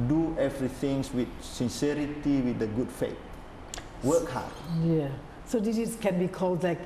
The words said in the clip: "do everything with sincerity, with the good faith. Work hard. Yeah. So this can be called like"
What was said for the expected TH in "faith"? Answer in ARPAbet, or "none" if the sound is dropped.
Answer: T